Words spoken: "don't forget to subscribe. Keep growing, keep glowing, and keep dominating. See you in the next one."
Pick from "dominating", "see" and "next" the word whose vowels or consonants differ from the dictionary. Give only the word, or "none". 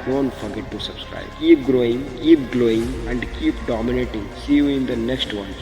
none